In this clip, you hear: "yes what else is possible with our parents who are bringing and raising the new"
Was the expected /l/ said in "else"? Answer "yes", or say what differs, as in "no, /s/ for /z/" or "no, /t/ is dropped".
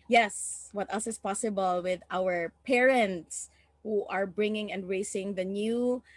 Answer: no, /l/ is dropped